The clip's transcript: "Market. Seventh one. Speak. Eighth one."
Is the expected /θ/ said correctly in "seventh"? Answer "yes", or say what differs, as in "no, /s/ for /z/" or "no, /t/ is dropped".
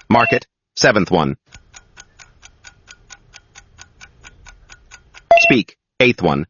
yes